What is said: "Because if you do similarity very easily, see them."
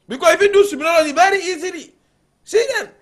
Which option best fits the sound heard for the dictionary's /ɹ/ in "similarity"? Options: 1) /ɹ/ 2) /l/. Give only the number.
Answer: 2